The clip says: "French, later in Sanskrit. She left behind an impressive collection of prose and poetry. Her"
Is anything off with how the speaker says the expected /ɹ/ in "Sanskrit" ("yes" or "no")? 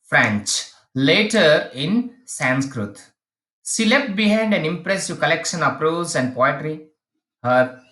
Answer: no